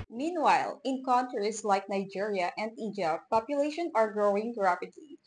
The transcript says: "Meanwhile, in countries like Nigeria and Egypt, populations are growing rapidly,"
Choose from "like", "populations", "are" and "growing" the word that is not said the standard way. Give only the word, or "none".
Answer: populations